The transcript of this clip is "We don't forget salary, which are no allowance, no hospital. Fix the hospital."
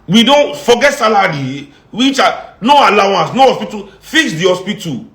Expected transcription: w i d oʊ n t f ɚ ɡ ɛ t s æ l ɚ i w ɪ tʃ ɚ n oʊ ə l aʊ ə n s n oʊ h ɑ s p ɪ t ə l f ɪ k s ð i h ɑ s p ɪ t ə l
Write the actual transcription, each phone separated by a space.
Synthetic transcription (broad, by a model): w i d oʊ n t f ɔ ɡ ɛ t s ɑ l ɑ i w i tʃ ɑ n oʊ ə l aʊ ə n s n oʊ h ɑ s p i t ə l f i s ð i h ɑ s p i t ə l